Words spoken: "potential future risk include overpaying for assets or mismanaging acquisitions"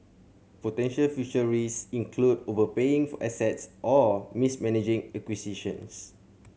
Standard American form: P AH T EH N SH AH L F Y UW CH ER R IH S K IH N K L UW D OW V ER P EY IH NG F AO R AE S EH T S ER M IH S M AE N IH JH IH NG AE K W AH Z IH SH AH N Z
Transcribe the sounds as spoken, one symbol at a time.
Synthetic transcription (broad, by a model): P AH T EH N SH AH L F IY SH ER R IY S IH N K L UW D OW V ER P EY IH NG F AO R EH S EH T S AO M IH S M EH N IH JH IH NG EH K W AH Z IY SH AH N S